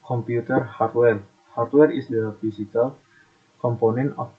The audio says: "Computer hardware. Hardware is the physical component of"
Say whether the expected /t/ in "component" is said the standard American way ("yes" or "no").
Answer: no